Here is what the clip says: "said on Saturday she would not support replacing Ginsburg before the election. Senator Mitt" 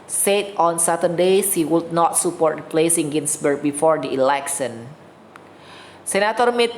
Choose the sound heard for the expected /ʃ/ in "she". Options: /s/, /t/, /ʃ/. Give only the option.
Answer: /s/